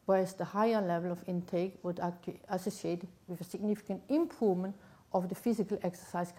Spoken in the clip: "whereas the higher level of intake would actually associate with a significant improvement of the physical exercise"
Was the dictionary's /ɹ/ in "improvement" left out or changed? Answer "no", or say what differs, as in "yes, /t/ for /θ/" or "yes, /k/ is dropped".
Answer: yes, /ɹ/ is dropped